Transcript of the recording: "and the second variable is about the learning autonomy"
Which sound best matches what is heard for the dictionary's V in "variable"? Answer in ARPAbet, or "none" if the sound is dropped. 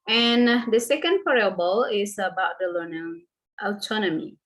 P